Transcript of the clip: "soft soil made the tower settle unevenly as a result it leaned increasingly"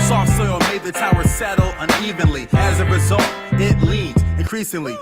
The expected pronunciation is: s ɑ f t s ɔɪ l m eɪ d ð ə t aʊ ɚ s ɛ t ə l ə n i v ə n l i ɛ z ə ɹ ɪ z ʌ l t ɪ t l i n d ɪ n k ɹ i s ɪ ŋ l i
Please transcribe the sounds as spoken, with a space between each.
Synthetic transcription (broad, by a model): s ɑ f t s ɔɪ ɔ m eɪ d ð ə t aʊ ɚ s ɛ t l ə n i v ə n l i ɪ z ə ɹ ɪ z ʌ l t ɪ t l i d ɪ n k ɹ i s ɪ ŋ l i